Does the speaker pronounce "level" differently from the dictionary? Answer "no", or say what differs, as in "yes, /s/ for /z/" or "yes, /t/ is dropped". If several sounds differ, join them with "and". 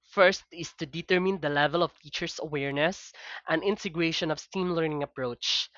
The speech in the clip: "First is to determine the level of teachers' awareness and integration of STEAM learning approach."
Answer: no